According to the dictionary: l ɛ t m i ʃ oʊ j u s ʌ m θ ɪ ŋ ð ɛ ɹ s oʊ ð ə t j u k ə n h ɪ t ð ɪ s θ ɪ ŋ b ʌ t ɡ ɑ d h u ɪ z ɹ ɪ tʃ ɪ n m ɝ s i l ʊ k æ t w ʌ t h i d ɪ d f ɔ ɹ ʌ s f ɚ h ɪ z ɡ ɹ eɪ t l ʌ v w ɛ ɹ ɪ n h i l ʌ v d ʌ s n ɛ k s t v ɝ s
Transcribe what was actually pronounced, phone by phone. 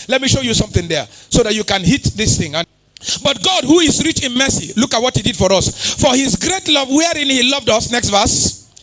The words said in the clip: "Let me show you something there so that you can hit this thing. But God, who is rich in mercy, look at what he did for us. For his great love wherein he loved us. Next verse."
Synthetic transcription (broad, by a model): l ɛ t m i ʃ oʊ j u s ʌ m θ ɪ ŋ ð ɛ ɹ s oʊ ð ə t j u k ə n h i t ð ɪ s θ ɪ ŋ b ʌ t ɡ ɑ d h u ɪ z ɹ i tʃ ɪ n m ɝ s i l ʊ k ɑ t w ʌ t h i d ɪ d f ɔ ɹ ʌ s f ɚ h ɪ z ɡ ɹ eɪ t l ʌ v w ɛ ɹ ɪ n h i l ʌ v d ʌ s n ɛ k s t v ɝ s